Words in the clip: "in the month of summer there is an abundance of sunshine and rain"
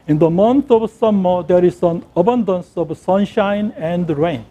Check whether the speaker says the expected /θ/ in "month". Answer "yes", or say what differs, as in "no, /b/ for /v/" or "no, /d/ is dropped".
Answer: no, /t/ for /θ/